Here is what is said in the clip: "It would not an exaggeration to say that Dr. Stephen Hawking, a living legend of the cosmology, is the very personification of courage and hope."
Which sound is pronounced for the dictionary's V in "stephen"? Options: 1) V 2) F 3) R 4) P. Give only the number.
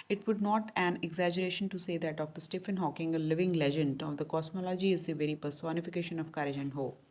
2